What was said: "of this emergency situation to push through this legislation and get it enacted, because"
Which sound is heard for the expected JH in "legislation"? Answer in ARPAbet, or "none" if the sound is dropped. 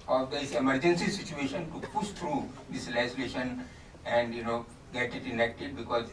none